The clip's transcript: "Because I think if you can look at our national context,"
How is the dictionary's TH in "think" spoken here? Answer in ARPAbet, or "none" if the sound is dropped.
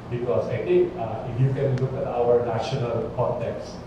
T